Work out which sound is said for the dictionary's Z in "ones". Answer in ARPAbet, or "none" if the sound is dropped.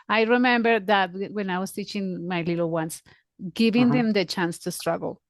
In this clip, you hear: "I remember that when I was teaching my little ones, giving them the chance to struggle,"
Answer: S